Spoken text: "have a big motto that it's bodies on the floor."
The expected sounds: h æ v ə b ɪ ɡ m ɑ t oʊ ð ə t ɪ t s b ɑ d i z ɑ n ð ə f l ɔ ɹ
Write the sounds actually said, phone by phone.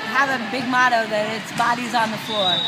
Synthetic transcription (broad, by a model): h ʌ v ə b ɪ ɡ m ɑ t oʊ ð ə t ɪ t s b ɑ d i z n ð ə f l ɔ ɹ